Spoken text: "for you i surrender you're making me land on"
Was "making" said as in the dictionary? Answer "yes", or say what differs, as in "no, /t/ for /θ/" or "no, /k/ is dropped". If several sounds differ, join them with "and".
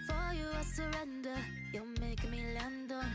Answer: no, /k/ is dropped